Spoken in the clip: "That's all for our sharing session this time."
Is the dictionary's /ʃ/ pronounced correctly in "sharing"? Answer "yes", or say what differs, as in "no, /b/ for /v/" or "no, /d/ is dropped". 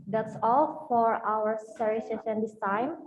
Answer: no, /s/ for /ʃ/